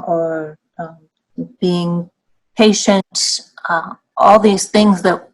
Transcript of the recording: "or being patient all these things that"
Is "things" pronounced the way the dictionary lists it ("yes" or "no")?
yes